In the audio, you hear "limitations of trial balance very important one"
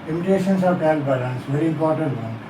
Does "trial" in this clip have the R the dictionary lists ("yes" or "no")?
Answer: no